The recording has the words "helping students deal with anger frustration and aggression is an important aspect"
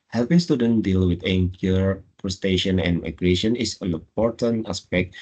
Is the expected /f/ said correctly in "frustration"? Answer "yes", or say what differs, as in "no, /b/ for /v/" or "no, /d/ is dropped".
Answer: no, /p/ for /f/